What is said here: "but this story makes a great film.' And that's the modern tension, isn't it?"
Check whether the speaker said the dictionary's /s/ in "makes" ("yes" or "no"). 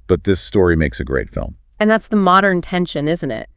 yes